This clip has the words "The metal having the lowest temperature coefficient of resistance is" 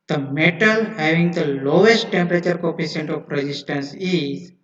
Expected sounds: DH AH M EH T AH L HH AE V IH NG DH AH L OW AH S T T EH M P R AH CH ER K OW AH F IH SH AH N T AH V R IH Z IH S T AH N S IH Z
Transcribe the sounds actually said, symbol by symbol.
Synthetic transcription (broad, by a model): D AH M EH T AH L HH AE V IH NG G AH L OW AH S T T EH M P R AH CH ER K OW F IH S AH N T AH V R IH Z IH S T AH N S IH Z